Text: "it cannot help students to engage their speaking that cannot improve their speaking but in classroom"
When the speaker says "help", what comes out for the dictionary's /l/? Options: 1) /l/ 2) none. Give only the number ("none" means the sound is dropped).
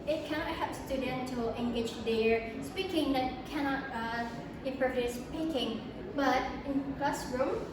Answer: 2